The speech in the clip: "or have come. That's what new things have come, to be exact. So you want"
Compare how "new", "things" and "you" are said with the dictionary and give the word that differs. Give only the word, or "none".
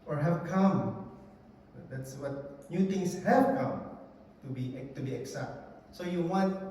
things